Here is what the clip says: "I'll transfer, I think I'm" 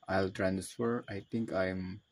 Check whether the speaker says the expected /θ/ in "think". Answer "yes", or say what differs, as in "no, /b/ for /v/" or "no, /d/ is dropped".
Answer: no, /t/ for /θ/